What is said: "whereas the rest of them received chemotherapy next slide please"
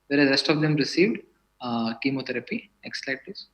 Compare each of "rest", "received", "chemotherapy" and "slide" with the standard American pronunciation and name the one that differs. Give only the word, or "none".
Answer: chemotherapy